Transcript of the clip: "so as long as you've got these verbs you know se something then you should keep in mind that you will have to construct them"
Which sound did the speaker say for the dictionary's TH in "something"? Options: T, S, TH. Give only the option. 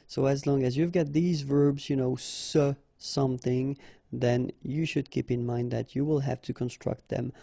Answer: TH